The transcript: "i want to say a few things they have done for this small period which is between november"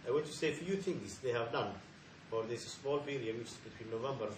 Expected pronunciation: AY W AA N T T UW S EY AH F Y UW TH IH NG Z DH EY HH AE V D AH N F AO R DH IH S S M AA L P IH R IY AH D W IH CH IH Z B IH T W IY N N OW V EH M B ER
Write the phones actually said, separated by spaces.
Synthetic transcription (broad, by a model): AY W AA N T T UW S EY AH F Y UW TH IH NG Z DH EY HH AE V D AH N F AO R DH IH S S M AA L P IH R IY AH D W IH CH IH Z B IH T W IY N N OW V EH M B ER